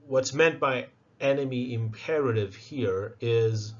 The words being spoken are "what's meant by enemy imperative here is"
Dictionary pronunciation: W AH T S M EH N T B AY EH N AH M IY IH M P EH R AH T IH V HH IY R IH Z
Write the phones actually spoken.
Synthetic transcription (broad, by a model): W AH T S M EH N T B AY EH N AH M IY IH M P EH R AH T IH V HH IY R IH Z